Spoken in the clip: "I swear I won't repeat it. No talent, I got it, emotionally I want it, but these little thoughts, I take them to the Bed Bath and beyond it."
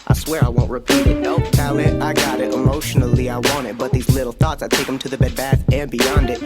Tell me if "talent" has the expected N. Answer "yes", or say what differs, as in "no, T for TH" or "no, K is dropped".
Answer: no, N is dropped